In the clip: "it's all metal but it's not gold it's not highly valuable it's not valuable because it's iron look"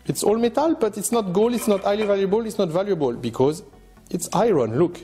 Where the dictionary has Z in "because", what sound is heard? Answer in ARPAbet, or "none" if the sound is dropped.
Z